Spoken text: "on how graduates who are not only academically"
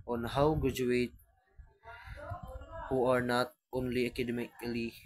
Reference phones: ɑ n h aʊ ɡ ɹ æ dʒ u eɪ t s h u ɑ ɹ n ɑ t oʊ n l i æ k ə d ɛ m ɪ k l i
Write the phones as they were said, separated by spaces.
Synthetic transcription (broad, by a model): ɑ n h aʊ ɡ ɹ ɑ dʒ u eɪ t h u ɑ ɹ n ɑ t oʊ n l i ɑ k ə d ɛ m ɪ k l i